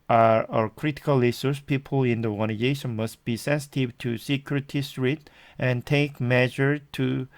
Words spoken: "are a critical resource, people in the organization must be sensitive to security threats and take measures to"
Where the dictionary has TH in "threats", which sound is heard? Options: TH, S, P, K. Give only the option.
S